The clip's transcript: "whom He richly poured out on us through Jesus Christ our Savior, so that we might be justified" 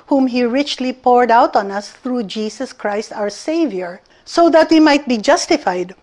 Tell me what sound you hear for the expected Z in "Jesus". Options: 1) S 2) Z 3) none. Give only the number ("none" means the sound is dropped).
1